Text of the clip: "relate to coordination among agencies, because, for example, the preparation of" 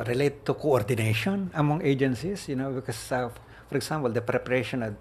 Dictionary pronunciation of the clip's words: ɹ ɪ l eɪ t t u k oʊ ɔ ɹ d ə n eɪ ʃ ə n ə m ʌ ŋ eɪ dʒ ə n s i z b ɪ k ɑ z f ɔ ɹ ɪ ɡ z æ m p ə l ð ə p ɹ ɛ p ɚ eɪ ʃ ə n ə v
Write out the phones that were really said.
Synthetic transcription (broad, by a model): ɹ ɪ l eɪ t t u k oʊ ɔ ɹ d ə n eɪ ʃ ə n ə m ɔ ŋ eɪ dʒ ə n s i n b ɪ k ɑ s f ɔ ɹ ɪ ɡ s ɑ m p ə l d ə p ɹ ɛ p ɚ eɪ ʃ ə n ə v